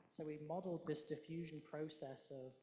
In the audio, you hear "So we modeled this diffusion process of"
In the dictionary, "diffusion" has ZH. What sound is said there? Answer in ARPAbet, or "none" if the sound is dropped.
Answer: ZH